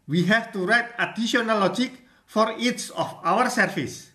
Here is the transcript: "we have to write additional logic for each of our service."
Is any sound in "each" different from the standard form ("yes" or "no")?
yes